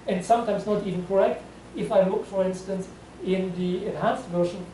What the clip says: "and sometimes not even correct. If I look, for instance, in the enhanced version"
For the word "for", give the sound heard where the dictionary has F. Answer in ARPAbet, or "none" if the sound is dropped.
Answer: F